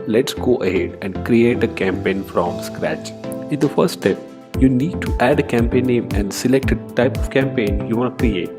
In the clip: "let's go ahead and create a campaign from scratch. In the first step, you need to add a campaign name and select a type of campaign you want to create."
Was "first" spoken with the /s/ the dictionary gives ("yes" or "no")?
no